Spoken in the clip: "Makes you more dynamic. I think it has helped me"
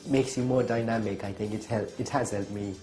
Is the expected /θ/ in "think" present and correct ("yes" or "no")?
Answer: yes